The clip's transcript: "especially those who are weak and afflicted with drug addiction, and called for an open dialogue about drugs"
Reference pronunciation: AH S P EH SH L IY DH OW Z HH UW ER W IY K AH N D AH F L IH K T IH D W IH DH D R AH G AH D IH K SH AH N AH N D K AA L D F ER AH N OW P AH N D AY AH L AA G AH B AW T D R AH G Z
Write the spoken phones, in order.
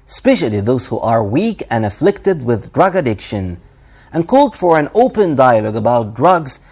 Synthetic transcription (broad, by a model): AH S P EH SH L IY DH OW Z HH UW ER W IY K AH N AH F L IH K T IH D W IH DH D R AH G AH D IH K SH AH N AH N K AA L D F ER AH N OW P AH N D AY AH L AA G AH B AW T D R AH G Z